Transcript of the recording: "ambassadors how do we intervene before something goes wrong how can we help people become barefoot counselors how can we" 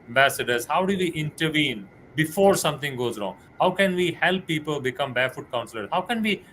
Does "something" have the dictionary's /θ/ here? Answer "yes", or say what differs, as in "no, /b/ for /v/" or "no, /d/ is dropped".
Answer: no, /t/ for /θ/